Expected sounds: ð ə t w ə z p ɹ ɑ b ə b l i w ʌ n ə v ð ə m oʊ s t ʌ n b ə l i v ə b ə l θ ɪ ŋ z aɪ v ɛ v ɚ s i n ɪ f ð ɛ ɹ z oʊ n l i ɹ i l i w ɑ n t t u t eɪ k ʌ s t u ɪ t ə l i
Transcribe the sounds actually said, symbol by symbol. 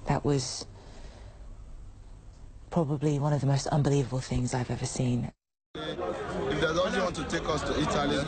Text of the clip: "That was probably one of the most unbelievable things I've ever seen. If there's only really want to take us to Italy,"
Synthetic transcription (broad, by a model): ð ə t w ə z p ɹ ɑ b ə b l i w ʌ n ə v ð ə m oʊ s t ʌ n b ə l i v ə b ə l θ ɪ ŋ z aɪ v ɛ v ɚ s i n ɪ f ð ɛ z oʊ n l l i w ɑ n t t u t eɪ k ʌ s t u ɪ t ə l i